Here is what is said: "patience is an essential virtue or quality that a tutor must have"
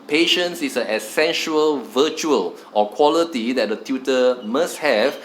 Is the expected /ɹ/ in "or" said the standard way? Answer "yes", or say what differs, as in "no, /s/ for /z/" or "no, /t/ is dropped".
no, /l/ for /ɹ/